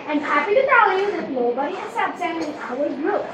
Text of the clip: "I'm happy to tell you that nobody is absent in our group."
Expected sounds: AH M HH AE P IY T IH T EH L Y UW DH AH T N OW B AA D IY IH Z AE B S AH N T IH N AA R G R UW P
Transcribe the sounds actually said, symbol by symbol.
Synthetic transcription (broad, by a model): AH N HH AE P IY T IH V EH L Y UW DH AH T N OW B AA D IY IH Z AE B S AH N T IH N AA L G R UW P